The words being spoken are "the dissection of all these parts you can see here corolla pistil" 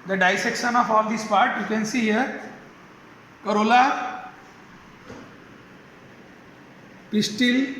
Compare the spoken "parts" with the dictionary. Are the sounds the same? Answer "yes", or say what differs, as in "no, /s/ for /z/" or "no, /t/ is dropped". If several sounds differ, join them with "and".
no, /s/ is dropped